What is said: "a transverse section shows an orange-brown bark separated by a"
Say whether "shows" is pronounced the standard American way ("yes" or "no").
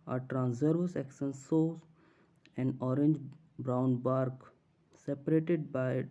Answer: no